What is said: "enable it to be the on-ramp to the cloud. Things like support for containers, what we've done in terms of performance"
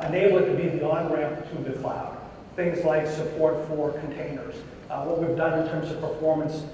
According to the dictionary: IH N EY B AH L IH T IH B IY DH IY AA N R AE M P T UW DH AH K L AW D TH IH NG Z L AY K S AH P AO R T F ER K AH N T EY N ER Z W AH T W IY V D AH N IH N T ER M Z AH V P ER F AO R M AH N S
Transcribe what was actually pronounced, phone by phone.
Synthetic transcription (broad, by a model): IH N EY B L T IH B IY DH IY AA N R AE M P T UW DH AH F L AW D TH IH NG Z L AY K S AH P AO R T F ER K N T EY N ER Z W AH T W IY V D AH N IH N T ER M Z AH V P ER F AO R M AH N S